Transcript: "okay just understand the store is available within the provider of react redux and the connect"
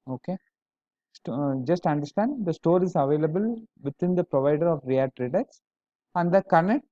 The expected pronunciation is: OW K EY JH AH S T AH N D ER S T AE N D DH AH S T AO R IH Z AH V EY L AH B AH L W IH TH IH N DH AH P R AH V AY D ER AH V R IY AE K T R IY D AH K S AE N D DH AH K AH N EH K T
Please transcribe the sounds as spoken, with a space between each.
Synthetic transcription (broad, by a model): OW K EY JH AH S T AH N D ER S T AE N D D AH S T AO R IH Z AH V EY L AH B AH L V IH T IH N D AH P R AH V AY D ER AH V R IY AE T R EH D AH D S AE N D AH K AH N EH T